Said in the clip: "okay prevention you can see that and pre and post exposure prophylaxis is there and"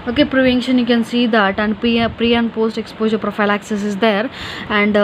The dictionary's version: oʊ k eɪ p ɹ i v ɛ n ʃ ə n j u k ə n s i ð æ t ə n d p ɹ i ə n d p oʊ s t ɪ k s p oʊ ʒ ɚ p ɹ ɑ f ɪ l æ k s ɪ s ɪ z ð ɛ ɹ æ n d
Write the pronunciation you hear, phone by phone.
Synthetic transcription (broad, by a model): oʊ k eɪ p ɹ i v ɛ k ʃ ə n j u k ə n s i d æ t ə n d p ɹ i ə n d p oʊ s t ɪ k s p oʊ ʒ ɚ p ɹ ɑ f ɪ l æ k s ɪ s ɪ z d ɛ ɹ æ n d